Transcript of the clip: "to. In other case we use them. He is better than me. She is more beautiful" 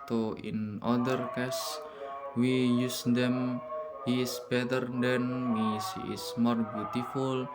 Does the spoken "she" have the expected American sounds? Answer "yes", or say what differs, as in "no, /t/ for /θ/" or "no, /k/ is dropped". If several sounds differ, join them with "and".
no, /s/ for /ʃ/